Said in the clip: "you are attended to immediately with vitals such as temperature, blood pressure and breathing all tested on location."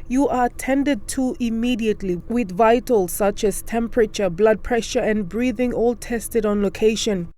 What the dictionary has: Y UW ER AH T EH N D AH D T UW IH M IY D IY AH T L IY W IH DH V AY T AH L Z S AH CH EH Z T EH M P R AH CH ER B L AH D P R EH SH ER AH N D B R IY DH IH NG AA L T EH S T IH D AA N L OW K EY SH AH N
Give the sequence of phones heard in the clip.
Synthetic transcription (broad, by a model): Y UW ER AH T EH N D AH D T UW IH M IY D IY AH T L IY W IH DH V AY T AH L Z S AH CH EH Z T EH M P R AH CH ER B L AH D P R EH SH ER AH N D B R IY DH IH NG AA L T EH S T IH D AA N L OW K EY SH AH N